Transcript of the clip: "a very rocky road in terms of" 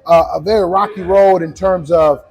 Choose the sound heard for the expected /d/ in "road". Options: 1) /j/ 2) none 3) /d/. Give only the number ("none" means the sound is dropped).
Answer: 3